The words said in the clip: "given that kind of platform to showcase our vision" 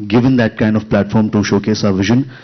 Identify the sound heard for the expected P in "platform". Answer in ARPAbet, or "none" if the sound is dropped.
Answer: P